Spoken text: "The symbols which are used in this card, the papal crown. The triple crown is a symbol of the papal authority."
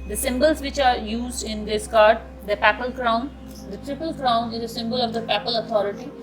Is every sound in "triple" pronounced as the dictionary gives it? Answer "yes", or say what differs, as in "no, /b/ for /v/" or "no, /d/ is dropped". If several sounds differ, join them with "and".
yes